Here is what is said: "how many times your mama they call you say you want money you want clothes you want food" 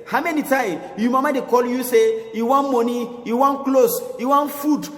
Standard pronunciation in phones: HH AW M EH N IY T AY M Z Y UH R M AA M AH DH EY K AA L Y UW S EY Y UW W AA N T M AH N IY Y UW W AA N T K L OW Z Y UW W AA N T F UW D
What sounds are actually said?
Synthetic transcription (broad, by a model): HH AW M EH N IY T AY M Y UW M AA M AH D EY K AA L Y UW S EY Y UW W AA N M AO N IY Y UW W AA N K L OW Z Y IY W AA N F UW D